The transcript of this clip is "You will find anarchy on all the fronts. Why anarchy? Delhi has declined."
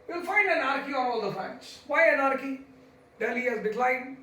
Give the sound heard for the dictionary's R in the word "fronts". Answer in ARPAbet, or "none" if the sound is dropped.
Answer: none